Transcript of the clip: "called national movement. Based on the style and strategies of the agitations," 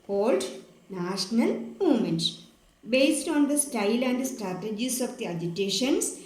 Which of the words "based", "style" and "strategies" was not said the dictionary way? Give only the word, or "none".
strategies